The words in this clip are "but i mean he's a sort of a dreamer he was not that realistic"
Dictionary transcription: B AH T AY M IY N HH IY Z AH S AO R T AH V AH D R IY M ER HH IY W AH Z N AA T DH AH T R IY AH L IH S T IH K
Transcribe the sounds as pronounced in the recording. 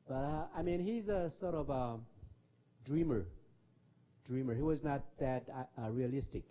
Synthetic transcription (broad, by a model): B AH T AY M IY N HH IY Z AH S AO R T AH V AH D R IY M ER HH IY W AH Z N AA T DH AH T R IY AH L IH S T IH K